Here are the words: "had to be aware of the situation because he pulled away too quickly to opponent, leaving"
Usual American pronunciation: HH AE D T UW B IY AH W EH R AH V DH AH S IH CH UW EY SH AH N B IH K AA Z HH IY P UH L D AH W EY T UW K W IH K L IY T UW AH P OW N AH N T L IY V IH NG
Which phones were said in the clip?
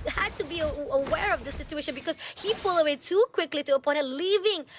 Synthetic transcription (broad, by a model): HH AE D T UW B IY AH W EH R AH V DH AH S IH CH UW EY SH AH N B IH K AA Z HH IY F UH L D AH W EY T UW K W IH K L IY T UW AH P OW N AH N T L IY V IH NG